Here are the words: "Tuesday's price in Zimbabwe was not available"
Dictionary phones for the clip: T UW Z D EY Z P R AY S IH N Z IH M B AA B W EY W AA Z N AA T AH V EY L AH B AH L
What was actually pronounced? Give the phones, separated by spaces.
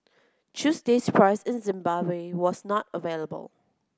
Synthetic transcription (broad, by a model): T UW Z D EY S P R AY S IH N Z IH M B AA B W EY W AA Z N AA T AH V EY L AH B AH L